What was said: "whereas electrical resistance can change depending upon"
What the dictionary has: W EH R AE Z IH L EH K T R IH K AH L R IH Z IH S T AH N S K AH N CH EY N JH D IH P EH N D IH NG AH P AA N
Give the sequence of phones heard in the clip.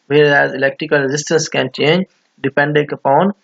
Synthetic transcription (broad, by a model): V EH R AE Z IH L EH K T R IH K AH L R IH Z IH S T AH N S K AH N CH EY N JH D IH P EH N D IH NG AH P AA N